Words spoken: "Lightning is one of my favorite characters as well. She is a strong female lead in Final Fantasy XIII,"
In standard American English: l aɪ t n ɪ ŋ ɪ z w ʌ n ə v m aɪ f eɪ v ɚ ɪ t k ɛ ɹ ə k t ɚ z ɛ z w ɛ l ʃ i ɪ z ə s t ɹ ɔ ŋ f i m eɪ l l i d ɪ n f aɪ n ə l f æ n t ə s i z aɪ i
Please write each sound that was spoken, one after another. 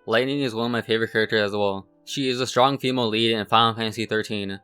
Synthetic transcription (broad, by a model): l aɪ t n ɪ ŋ ɪ z w ʌ n ə v m aɪ f eɪ v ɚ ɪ t k ɛ ɹ ə k t ɚ z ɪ z w ɛ l ʃ i ɪ z ə s t ɹ ɔ ŋ f i m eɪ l l i d ɪ n f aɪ ə n f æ n s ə θ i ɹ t i